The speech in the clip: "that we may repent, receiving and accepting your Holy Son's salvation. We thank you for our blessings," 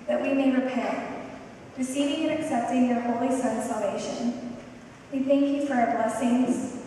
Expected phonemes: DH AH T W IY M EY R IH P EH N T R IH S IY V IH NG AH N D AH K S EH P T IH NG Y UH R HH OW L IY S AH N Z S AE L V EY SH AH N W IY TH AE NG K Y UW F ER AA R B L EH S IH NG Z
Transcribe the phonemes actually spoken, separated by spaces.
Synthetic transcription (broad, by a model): DH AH T W IY M EY R IH P EH N T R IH S IY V IH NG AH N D AH K S EH P T IH NG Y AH R HH OW L IY S AH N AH S AE L V EY SH AH N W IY TH AE NG K Y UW F ER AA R B L EH S IH NG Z